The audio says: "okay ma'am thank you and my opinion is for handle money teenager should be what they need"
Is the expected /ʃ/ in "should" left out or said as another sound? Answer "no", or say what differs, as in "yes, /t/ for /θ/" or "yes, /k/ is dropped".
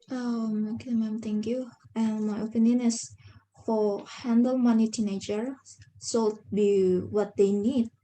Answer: yes, /s/ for /ʃ/